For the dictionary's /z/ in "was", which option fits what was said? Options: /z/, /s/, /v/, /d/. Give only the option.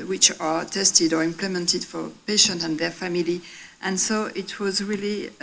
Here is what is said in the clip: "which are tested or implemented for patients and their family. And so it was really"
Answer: /z/